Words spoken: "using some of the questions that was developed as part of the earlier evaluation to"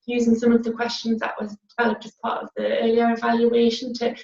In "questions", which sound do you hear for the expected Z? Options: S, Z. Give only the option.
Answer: Z